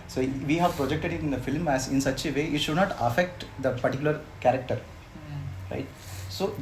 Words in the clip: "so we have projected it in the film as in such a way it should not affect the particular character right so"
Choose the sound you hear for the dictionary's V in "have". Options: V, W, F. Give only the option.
V